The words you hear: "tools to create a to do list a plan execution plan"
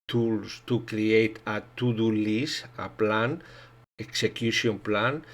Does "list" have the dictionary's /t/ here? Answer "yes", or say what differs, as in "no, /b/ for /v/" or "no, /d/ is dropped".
no, /t/ is dropped